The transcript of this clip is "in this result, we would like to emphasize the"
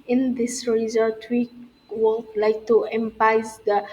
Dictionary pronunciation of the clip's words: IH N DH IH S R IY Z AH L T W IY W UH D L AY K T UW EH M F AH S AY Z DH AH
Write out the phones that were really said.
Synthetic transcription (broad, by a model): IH N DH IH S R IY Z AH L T W IY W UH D L AY K T UW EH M P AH IH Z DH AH